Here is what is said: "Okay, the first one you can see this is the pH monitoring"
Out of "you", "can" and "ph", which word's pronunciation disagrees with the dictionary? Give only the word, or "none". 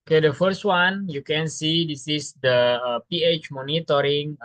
none